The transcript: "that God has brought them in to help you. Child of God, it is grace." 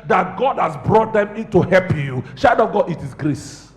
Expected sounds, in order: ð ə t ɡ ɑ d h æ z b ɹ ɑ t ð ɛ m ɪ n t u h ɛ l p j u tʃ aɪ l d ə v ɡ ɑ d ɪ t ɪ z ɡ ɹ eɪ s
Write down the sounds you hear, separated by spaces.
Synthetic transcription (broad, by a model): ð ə t ɡ ɑ d h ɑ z b ɹ ɑ t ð ɛ m ɪ n t u h ɛ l p j u ʃ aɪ d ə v ɡ ɑ d ɪ t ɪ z ɡ ɹ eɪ s